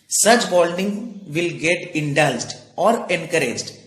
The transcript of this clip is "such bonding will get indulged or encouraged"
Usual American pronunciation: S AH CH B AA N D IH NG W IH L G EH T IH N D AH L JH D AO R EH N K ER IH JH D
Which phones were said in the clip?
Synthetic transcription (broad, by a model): S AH CH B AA L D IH NG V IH L G EH T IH N D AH L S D AO R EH N K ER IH JH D